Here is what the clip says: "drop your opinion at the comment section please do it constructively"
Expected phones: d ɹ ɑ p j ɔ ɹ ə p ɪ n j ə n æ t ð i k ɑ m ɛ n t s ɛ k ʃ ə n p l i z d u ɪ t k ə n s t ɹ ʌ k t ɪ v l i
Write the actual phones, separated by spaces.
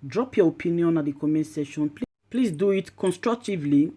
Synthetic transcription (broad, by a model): d ɹ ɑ p j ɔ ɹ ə p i n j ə n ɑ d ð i k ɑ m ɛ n s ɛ ʃ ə n p l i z d u ɪ t k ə n s t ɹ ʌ k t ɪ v l i